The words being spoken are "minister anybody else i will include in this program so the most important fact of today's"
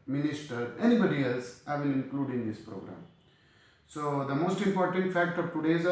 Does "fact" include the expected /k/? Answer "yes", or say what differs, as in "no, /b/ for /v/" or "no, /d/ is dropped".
yes